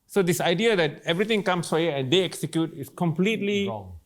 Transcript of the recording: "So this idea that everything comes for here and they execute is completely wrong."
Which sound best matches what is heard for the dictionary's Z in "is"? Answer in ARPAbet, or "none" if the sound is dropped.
S